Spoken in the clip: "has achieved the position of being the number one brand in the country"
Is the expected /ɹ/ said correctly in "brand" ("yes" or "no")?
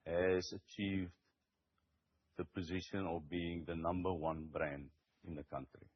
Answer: yes